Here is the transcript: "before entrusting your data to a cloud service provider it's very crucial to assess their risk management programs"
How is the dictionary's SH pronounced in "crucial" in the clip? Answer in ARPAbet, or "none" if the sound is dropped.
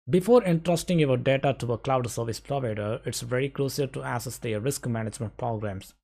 S